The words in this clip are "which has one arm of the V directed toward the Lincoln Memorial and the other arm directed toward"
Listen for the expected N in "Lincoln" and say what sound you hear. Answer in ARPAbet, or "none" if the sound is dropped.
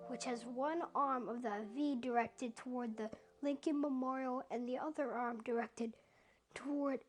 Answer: N